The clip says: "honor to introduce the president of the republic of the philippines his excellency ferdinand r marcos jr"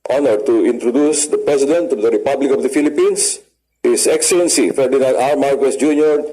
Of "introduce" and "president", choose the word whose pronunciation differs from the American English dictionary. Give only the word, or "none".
president